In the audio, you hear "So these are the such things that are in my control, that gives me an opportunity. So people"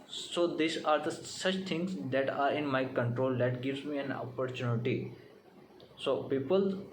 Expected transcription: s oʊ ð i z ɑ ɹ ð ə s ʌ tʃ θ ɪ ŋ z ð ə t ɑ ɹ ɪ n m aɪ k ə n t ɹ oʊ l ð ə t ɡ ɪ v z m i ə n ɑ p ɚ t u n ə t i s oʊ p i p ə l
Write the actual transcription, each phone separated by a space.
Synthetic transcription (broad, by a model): s oʊ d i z ɑ ɹ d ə s ʌ tʃ t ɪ ŋ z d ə t ɑ ɹ ɪ n m aɪ k ə n t ɹ oʊ l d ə t ɡ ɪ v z m i ə n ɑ p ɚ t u n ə t i s oʊ p i p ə l